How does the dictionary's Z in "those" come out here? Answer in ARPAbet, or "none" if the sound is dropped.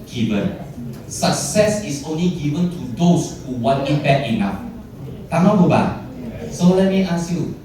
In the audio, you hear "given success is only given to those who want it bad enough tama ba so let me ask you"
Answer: S